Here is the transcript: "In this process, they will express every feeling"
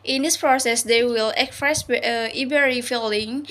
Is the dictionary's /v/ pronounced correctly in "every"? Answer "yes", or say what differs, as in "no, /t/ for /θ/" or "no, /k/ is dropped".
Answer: no, /b/ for /v/